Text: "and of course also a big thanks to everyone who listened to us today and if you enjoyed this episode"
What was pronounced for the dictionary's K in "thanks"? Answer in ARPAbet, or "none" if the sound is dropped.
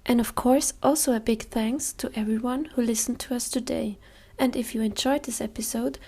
K